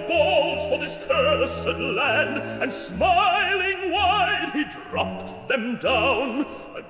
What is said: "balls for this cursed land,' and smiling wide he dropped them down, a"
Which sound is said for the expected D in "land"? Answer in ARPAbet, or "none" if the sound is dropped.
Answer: D